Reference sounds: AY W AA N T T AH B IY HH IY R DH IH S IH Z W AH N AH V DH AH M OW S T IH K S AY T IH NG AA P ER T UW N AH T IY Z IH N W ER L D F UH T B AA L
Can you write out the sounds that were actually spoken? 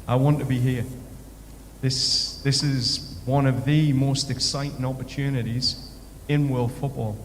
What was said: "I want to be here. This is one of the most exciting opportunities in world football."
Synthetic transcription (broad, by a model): AY W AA N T T AH B IY HH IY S DH IH S IH Z W AH N AH V DH AH M OW S T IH K S AY T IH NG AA P ER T UW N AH T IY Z IH N W ER L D F UH T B AA L